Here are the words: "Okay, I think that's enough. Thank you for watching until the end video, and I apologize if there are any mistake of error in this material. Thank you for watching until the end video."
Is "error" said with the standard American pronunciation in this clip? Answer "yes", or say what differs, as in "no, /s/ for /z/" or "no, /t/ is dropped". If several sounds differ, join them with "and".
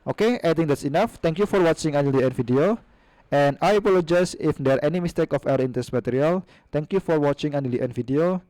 no, /w/ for /ɹ/